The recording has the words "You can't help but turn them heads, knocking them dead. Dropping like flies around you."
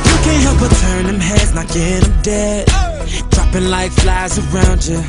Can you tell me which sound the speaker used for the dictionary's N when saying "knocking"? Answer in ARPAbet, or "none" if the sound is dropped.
L